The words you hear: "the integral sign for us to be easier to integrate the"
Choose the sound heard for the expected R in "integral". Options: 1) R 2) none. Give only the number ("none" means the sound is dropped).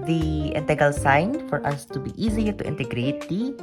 2